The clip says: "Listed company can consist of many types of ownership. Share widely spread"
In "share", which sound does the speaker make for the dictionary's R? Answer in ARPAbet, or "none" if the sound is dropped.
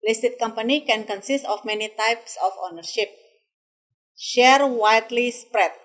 R